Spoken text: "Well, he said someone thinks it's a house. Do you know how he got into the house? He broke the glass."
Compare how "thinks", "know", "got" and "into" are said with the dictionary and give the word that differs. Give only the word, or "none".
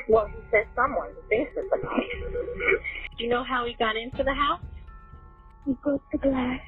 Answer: thinks